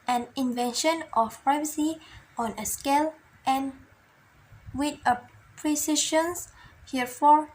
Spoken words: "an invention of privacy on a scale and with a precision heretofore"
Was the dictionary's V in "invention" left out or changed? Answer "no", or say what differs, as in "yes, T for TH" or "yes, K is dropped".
no